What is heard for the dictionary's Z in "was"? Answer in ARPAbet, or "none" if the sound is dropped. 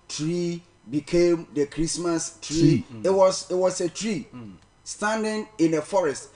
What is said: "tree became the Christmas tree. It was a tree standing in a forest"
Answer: S